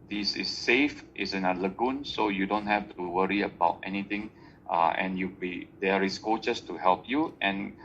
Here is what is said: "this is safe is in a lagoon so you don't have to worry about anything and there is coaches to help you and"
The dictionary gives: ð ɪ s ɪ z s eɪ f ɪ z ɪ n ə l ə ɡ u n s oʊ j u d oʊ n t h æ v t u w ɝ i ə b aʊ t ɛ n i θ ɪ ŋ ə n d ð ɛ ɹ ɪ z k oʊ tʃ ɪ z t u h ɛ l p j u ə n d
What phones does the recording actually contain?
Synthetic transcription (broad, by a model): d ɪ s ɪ s eɪ f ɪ s ɪ n ə l ə ɡ u n s oʊ j u d oʊ n t h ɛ f t u w ɝ i ə b aʊ t ɛ n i t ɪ ŋ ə n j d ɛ ɹ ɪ s k oʊ tʃ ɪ s t u h ɛ l p j u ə n